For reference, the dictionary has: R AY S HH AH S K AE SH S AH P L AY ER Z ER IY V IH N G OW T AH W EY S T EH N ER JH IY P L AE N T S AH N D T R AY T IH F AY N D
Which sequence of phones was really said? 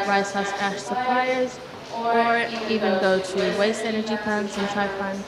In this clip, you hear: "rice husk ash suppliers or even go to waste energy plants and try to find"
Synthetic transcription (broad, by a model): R AY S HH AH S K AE SH S AH P L AY ER Z ER IY V IH N G OW T AH W EY S T EH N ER JH IY P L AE N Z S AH N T AY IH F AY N